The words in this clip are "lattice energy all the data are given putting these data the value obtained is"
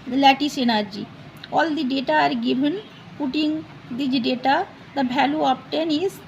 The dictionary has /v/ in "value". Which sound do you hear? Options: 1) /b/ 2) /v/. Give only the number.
1